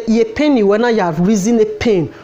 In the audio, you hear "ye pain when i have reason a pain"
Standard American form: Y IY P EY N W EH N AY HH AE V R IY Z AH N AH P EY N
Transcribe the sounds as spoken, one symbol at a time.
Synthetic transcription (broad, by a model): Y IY P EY N W EH N AY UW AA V R IY Z AH N AH P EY N